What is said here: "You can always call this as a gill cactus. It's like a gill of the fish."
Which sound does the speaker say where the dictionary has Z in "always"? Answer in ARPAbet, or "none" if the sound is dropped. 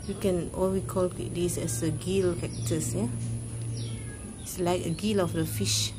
none